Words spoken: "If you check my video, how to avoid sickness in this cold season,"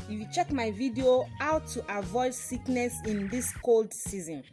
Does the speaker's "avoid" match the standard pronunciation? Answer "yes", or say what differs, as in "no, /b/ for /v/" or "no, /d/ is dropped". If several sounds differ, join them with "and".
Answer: yes